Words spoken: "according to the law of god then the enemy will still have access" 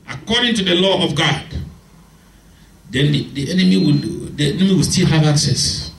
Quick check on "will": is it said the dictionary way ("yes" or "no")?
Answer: no